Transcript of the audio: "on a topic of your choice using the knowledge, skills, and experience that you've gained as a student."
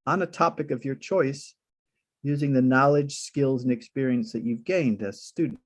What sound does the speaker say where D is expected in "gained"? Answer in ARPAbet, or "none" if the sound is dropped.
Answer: D